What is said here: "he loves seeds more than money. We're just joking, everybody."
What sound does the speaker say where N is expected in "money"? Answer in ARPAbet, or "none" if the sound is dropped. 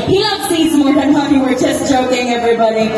none